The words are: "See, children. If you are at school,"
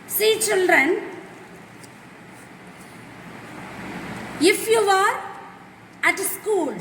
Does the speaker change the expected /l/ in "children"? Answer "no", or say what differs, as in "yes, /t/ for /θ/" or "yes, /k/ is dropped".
no